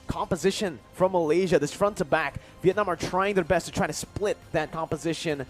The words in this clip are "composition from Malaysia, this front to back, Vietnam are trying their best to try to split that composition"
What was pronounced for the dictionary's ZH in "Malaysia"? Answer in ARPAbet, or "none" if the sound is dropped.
ZH